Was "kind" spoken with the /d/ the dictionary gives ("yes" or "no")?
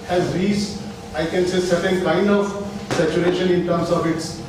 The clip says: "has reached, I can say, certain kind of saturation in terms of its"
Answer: yes